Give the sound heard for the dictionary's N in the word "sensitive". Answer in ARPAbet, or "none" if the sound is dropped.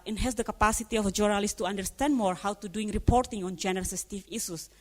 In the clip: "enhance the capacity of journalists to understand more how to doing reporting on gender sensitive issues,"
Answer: none